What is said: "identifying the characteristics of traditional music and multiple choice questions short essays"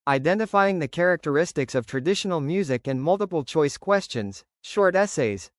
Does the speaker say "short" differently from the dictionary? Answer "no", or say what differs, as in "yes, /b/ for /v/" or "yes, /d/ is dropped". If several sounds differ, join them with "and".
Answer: no